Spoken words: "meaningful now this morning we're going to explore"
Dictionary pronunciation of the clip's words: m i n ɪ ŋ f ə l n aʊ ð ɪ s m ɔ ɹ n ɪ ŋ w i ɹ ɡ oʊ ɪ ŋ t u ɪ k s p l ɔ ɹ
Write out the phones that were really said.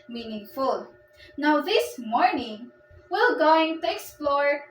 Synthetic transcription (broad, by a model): m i n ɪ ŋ f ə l n aʊ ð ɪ s m ɔ ɹ n ɪ ŋ w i l ɡ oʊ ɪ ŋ t u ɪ k s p l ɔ ɹ